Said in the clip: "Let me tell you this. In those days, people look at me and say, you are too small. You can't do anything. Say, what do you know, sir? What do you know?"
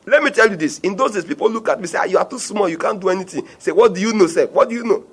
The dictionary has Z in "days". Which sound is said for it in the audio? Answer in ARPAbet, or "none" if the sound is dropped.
S